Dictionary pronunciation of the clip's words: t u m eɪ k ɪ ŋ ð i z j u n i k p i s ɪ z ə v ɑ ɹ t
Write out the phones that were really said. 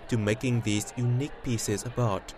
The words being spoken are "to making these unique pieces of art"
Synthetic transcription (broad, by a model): t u m eɪ k ɪ ŋ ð i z j u n i k p i s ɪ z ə b ɑ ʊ t